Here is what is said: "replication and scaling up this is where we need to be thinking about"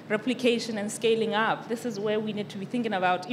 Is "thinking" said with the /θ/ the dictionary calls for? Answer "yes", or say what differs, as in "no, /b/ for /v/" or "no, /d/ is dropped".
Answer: yes